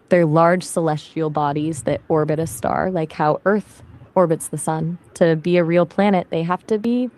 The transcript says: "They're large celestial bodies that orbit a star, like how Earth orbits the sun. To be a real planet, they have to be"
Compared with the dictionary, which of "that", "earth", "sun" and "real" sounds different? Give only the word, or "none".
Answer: none